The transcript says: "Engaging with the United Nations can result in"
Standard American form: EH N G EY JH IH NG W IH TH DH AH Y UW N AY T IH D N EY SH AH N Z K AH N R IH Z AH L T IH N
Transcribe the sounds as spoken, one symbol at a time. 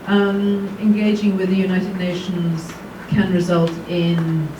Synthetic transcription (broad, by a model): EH N G EY JH IH NG W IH DH AH Y UW N AY T IH D N EY SH AH N Z K AH N R IH Z AH L T IH N